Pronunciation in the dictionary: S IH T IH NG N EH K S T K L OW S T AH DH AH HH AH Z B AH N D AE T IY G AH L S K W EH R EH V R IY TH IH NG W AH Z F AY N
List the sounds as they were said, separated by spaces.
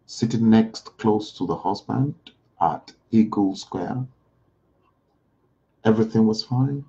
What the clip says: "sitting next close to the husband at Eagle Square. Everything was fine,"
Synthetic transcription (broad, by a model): S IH T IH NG N EH K S T K L OW S T AH DH AH HH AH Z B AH N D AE T IY G AH L S K W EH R EH V R IY TH IH NG W AH Z F AY N